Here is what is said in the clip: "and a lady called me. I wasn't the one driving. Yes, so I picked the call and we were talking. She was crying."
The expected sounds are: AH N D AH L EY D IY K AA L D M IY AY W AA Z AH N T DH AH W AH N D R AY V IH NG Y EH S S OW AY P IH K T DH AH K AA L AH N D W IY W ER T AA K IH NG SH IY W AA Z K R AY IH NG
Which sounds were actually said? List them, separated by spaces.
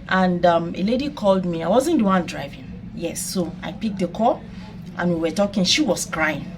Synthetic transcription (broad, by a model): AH N D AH L EY D IY K AA L D M IY AY W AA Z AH N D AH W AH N D R AY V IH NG Y EH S S OW AY P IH K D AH K AA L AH N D W IY W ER T AA K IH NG SH IY W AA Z K R AY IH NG